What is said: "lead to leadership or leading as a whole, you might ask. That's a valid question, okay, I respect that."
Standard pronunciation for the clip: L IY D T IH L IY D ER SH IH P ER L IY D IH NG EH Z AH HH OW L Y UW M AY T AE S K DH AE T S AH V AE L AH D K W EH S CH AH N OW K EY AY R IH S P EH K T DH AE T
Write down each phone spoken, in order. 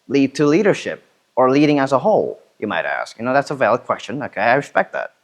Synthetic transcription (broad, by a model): L IY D T IH L IY D ER SH IH P ER L IY D IH NG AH Z AH HH OW L Y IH M AY T AE S K DH AE T S AH V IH L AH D K W EH S CH AH N OW K EY AY R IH S P EH K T DH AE T